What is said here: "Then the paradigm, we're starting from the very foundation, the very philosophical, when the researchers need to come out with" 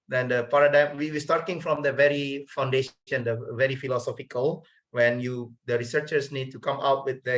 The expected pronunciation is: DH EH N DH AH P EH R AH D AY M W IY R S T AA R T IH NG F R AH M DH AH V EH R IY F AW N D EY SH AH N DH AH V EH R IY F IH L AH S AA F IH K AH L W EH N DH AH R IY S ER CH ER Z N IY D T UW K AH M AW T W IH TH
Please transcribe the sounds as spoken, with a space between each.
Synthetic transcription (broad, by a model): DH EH N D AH P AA R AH D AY M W IY W S T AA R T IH NG F R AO M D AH V EH R IY F AW N D EY SH AH N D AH V EH R IY F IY L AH S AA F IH K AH L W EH N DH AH R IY S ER CH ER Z N IY D T UW K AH M AW T W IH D